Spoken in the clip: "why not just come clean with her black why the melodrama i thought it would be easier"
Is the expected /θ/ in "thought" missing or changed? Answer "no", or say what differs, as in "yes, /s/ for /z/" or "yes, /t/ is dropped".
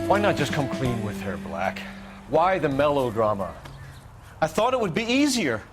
no